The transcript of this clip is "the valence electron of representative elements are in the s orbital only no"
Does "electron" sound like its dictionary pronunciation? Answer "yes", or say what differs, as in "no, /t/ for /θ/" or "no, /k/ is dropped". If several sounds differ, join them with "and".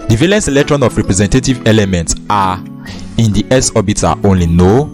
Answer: yes